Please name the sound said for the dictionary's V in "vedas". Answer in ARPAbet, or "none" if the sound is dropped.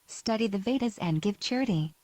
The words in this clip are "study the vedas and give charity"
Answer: V